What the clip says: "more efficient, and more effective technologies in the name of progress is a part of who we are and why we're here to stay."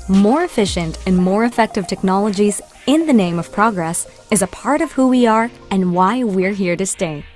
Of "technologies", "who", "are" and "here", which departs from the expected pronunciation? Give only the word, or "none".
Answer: none